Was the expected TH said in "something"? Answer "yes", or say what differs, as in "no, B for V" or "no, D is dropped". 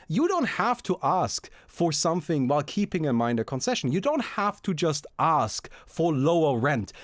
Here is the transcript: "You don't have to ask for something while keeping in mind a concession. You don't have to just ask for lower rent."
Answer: yes